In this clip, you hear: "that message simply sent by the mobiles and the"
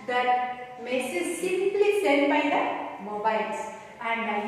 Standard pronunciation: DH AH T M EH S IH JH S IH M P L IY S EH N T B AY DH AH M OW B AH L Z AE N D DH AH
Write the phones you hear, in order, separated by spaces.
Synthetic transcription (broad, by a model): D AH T M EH S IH Z S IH M P L IY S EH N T B AY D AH M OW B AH L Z AE N D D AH